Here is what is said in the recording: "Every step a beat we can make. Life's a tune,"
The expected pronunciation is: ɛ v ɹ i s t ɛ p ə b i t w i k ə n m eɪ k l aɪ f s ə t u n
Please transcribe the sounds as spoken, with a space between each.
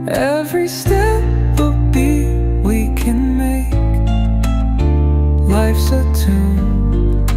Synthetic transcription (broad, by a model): ɛ v ɹ i s t ɛ p ə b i w i k ə n m eɪ k l aɪ f s ə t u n